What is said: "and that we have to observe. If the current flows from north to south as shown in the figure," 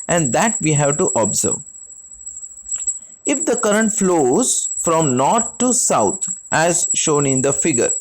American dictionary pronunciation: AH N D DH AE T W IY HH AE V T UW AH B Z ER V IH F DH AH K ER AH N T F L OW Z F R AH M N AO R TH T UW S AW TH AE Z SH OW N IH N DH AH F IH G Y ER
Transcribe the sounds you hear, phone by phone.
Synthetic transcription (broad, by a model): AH N D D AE T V IY HH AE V T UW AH B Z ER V IH F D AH K ER AH N T F L OW Z F R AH M N AO R T T UW S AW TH AE Z SH OW N IH N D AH F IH G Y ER